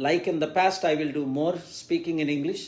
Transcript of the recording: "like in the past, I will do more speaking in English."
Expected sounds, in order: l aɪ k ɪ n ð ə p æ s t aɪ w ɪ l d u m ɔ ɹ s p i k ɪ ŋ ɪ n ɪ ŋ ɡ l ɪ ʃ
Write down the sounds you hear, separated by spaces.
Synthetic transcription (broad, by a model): l aɪ k ɪ n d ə p æ s t aɪ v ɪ l d u m ɔ ɹ s p i k ɪ ŋ ɪ n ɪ ŋ ɡ l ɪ ʃ